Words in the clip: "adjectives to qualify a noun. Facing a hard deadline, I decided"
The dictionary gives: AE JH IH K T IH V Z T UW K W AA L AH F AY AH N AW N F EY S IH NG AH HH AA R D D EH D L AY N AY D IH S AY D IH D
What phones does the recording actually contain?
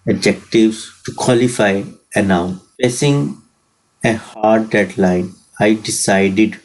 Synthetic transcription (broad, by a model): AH JH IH K T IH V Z T UW K W AA L AH F AY AH N AW N P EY S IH NG AH HH AA R D D EH D L AY N AY D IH S AY D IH D